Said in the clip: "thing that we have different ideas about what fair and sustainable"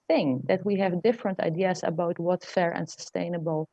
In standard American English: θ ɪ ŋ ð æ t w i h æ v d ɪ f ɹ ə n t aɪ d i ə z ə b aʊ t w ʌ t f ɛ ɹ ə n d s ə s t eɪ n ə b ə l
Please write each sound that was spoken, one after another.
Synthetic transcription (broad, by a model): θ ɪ ŋ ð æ t w i h æ v d ɪ f ɹ ə n t aɪ d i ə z ə b aʊ t w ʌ t f ɛ ɹ ə n d s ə s t eɪ n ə b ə l